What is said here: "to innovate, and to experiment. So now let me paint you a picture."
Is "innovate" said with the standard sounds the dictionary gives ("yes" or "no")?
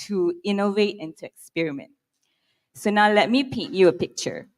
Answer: yes